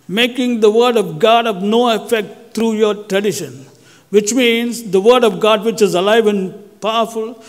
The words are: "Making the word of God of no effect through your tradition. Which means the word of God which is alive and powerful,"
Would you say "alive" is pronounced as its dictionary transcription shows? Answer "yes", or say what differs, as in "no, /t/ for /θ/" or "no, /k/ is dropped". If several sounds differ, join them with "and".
yes